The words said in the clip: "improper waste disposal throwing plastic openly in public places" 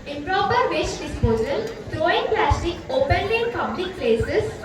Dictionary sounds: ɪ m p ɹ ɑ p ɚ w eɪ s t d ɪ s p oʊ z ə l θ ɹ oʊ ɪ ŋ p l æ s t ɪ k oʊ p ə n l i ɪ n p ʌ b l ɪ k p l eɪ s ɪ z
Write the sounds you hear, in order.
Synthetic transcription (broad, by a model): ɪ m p ɹ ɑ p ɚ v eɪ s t d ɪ s p oʊ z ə l t ɹ oʊ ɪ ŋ p l æ s t ɪ k oʊ p ə n l i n p ʌ b l ɪ k p l eɪ s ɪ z